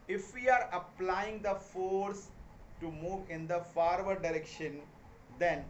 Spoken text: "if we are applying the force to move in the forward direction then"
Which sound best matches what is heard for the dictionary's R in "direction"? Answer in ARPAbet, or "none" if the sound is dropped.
R